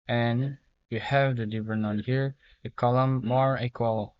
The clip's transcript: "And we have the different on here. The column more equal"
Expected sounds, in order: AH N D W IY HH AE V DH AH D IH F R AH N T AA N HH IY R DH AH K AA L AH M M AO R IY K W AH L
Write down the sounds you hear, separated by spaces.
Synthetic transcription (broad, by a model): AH N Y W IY HH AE V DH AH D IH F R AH N AA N HH IY R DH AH K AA L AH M M AO R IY K W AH L